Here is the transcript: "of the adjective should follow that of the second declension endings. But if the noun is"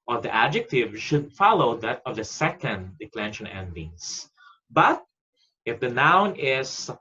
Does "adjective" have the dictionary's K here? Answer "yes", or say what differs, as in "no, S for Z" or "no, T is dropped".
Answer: yes